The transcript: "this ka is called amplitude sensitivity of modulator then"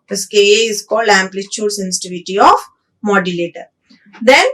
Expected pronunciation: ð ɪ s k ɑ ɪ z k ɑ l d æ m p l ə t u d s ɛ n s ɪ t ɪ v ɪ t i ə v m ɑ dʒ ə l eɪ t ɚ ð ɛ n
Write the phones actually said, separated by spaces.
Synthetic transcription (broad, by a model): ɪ s k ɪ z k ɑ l æ m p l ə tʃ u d s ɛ n s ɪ t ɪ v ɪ t i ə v m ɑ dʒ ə l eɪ t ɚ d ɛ n